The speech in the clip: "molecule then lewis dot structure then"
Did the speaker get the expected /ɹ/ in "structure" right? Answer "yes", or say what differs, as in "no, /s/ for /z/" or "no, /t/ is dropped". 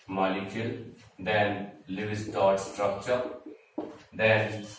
yes